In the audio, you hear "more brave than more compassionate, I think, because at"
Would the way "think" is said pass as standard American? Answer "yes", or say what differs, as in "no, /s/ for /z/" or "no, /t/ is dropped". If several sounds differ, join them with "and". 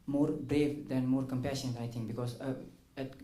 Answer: no, /t/ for /θ/